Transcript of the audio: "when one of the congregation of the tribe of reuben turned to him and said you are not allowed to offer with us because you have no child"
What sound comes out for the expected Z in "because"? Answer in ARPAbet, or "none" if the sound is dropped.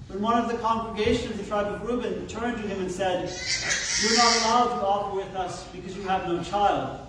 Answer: Z